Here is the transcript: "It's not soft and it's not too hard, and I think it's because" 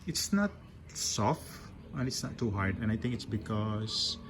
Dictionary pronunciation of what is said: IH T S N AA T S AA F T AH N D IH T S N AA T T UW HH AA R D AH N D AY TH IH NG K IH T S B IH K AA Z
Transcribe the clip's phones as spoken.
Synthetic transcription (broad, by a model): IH T S N AA T S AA F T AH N IH T S N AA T T UW HH AA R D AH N AY T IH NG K IH T S B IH K AA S